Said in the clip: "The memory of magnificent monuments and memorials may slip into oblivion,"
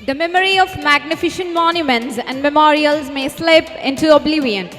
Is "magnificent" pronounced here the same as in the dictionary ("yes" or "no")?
no